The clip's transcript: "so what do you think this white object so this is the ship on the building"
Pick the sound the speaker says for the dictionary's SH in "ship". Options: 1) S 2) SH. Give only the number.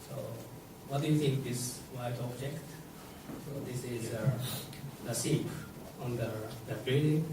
1